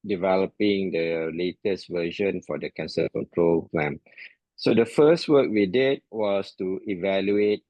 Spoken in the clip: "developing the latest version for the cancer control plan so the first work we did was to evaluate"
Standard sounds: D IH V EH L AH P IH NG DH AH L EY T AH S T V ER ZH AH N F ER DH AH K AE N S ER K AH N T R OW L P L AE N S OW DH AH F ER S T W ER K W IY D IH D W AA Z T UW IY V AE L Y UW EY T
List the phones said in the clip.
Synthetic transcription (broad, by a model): D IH V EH L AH P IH NG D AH L EY T AH S T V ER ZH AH N F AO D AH K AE N S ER K AH N T R OW L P L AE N S OW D AH F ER S T W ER K W IY D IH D W AA S T UW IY V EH L Y UW EY T